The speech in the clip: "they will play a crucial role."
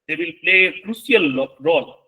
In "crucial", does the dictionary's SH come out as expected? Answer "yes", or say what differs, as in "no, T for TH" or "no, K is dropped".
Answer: no, S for SH